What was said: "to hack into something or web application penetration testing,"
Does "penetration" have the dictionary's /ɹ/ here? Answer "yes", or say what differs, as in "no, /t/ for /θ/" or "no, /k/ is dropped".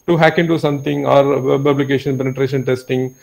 yes